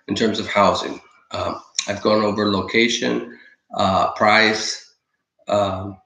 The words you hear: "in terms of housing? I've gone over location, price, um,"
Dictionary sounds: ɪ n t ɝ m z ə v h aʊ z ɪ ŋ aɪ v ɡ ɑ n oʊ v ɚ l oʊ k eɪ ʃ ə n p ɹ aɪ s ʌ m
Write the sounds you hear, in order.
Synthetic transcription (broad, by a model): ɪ n t ɝ m z ə v h aʊ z ɪ ŋ aɪ v ɡ ɑ n oʊ v ɚ l oʊ k eɪ ʃ ə n p ɹ aɪ s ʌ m